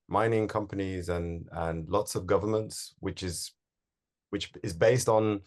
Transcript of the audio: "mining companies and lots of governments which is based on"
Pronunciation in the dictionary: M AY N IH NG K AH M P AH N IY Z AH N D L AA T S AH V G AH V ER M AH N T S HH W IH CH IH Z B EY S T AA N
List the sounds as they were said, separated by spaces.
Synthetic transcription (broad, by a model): M AY N IH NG K AH M P AH N IY Z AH N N L AA T S AH V G AH V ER M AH N T S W W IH CH IH Z B EY S T N